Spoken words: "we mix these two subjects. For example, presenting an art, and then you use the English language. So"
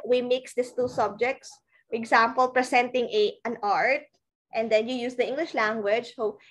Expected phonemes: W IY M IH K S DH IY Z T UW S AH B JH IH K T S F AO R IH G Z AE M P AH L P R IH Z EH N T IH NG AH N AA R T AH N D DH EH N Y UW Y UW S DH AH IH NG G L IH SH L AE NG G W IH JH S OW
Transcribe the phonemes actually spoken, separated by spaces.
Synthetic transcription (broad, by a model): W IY M IH K S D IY S T UW S AH B JH IH K T S F AO R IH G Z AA M P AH L P R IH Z EH N T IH NG AH N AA R T AH N D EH N Y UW Y UW S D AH IH NG G L IH SH L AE NG G W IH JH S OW